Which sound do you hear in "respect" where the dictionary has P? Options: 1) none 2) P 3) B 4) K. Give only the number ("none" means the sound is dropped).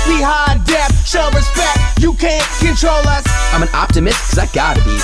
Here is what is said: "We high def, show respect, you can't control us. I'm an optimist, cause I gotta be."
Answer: 2